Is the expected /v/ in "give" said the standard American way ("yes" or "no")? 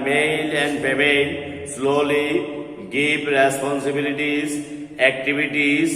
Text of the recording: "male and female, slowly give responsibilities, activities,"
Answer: no